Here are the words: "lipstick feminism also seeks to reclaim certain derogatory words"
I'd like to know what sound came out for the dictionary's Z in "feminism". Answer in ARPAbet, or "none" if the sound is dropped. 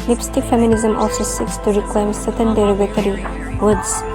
Z